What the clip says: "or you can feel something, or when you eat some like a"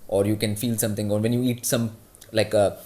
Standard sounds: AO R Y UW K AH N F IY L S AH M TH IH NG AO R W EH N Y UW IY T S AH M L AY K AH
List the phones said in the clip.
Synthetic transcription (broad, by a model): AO R Y UW K AH N F IY L S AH M T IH NG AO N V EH N Y UW IY T S AH M L AY K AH